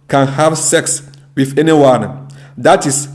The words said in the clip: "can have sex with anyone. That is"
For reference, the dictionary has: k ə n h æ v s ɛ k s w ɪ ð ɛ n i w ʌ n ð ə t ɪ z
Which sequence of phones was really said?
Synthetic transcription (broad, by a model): k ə n h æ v s ɛ k s w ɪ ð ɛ n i w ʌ n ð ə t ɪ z